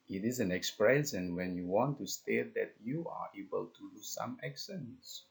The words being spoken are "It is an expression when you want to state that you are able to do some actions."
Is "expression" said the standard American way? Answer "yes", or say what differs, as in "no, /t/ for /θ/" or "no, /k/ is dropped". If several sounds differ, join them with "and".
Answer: no, /s/ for /ʃ/